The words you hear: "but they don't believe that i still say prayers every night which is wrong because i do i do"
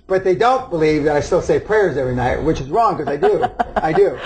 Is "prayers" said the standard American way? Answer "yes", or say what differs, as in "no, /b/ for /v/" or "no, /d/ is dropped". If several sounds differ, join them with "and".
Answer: yes